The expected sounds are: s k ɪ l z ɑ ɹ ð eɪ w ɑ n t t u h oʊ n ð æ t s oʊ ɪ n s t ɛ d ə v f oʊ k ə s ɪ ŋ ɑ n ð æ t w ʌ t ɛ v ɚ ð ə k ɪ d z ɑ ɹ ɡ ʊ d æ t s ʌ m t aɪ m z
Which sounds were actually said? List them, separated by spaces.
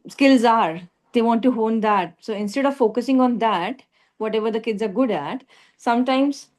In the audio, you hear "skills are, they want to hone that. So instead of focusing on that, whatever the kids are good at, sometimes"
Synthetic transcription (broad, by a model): s k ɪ l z ɑ ɹ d eɪ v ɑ n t t u h oʊ n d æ t s oʊ ɪ n s t ɛ d ə v f oʊ k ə s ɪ ŋ ɑ n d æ t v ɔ t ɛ v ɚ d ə k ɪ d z ɑ ɹ ɡ ʊ d æ t s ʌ m t aɪ m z